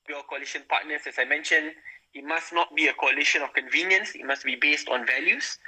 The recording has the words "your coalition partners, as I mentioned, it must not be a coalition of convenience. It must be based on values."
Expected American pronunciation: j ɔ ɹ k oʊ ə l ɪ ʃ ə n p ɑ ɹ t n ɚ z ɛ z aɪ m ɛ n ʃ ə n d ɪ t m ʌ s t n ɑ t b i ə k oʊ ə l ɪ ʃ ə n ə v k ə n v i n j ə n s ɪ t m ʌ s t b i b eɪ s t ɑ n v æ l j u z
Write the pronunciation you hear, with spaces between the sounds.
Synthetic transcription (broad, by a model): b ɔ k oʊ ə l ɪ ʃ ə n p ɑ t n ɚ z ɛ s aɪ m ɛ n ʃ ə n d ɪ t m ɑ s n ɑ t b i ə k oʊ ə l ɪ ʃ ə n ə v k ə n v i n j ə n s ɪ t m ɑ s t b i b eɪ s t ɑ n v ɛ l j u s